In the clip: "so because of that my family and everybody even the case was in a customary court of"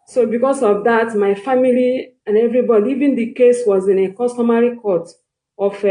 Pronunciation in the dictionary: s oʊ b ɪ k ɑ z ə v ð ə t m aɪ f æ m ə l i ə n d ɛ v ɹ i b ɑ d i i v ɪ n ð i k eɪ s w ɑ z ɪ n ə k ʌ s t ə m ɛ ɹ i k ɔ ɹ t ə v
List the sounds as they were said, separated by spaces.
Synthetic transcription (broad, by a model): s oʊ b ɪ k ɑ s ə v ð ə t m aɪ f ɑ m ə l i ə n ɛ v ɹ i b ɑ d i i v ɪ n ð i k eɪ s w ɑ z ɪ n ə k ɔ s t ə m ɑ ɹ i k ɔ t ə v